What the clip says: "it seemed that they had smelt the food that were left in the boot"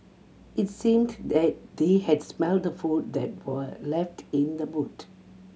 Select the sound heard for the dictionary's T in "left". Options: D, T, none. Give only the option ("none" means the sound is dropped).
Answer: T